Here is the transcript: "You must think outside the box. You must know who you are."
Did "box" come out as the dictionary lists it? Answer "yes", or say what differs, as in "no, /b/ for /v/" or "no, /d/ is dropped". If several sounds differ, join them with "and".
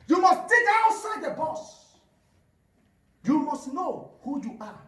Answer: no, /k/ is dropped